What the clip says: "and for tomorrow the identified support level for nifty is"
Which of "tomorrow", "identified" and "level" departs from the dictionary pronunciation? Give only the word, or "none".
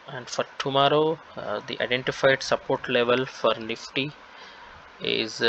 none